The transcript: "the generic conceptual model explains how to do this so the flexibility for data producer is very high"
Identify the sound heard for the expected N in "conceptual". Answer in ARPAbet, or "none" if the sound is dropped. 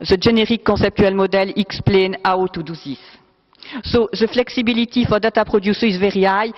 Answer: none